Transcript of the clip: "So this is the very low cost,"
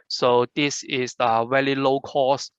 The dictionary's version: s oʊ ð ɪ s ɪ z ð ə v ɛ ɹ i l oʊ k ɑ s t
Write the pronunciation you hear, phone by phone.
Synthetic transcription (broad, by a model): s oʊ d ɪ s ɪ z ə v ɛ l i l oʊ k ɑ s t